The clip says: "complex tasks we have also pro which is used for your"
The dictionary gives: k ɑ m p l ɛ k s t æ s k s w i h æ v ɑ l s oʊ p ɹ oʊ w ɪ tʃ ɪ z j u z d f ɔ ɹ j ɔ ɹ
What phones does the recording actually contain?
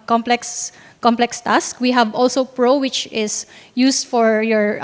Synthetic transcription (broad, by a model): k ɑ m p l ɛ k s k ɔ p k s w i h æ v ɑ l s oʊ p ɹ oʊ w ɪ tʃ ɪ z j u s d f ɔ ɹ j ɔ ɹ